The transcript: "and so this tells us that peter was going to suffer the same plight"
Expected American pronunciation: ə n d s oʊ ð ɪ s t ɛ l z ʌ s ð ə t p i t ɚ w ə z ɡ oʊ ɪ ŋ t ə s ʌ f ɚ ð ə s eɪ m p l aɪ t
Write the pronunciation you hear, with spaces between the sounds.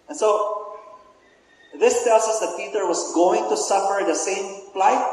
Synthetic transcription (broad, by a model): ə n s oʊ ð ɪ s t ɛ l s ʌ s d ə t p i t ɚ w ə s ɡ oʊ ɪ ŋ t ə s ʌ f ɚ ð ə s eɪ m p l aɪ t